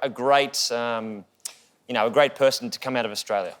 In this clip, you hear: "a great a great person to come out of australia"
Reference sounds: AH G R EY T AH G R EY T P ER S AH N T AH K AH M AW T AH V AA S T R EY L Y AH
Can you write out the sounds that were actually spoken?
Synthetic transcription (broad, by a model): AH G R EY T AH G R EY T P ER S N T AH K AH M AW T AH V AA S T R EY L Y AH